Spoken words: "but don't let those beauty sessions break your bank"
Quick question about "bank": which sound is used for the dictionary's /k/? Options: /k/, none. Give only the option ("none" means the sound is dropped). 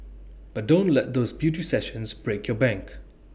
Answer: /k/